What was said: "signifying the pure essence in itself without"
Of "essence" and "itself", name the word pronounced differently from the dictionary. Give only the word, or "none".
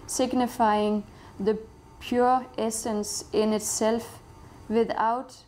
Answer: none